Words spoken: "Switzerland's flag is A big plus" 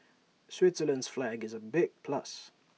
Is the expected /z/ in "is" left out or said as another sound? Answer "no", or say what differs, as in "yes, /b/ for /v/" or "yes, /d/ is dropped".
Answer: no